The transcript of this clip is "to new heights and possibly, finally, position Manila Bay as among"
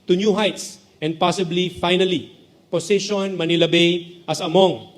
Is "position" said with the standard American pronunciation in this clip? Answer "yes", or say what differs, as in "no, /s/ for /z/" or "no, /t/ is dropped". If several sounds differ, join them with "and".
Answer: no, /s/ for /z/